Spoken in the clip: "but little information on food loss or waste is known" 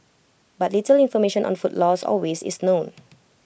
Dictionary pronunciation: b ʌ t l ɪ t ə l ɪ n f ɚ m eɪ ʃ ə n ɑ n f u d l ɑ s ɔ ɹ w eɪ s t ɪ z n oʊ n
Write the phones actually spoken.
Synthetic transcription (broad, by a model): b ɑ t l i t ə l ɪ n f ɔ m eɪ ʃ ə n ɑ n f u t l ɑ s ɔ l w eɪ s ɪ s n oʊ n